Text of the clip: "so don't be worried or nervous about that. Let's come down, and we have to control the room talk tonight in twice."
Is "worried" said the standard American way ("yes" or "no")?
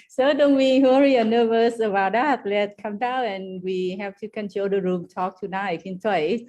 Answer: no